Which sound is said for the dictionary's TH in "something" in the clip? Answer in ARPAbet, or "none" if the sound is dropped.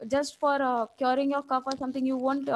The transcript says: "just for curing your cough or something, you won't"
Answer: T